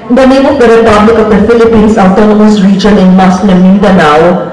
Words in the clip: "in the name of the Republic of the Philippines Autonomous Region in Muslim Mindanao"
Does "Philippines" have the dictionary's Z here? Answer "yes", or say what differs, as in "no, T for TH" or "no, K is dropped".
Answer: no, S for Z